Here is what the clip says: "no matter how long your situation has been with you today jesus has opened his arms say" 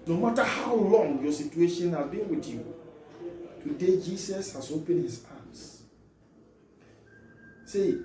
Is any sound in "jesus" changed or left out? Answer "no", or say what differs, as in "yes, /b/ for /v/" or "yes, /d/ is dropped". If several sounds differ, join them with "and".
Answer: yes, /s/ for /z/